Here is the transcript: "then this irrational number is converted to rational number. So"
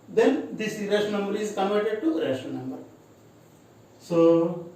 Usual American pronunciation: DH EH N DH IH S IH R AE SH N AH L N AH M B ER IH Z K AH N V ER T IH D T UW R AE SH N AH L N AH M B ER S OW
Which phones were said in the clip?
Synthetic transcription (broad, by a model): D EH N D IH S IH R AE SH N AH N AH M B ER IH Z K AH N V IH T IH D T UW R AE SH AH N AH M B ER S OW